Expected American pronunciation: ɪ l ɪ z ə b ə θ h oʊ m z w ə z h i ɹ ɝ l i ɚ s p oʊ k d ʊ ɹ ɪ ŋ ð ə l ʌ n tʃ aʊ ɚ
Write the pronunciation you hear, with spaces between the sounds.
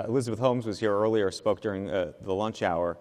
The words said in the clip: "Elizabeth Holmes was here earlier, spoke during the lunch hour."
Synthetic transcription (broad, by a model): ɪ l ɪ z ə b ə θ h oʊ m z w ə z h i ɹ ɝ l i ɚ s p oʊ k d ʊ ɹ ɪ ŋ ð ə l ʌ n tʃ aʊ ɚ